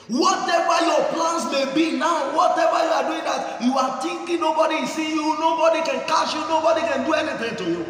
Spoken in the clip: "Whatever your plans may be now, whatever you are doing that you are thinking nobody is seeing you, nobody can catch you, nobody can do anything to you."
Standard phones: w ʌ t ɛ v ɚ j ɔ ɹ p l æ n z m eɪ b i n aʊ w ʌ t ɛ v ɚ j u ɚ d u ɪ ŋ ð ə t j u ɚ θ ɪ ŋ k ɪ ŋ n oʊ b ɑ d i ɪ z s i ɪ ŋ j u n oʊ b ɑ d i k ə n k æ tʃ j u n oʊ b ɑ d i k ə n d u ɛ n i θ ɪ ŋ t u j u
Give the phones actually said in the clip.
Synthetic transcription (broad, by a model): w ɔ t ɛ v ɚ j ɔ p l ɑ n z m eɪ b i n aʊ w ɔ t ɛ v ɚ j u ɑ d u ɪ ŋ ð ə t j u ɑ t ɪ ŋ k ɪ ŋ n oʊ b ɑ d i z s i j u n oʊ b ɑ d i k ə n k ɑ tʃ j u n oʊ b ɑ d i k ə n d u ɛ n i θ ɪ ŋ t u j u